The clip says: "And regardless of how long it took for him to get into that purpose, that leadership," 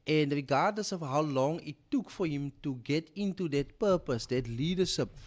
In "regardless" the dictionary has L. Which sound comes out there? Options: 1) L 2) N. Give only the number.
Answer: 2